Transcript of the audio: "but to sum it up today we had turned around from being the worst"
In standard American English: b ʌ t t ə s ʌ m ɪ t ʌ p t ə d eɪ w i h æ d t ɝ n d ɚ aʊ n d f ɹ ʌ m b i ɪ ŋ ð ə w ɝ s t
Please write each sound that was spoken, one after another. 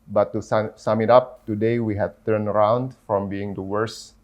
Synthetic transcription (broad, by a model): b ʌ t s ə s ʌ m ɪ t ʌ p t ə d eɪ w i h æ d t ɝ n ɚ aʊ n d f ɹ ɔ m b i ɪ ŋ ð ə w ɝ s